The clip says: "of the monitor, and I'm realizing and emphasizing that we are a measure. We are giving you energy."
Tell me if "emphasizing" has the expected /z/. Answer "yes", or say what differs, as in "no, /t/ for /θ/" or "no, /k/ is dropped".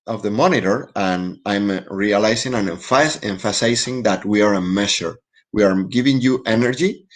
no, /s/ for /z/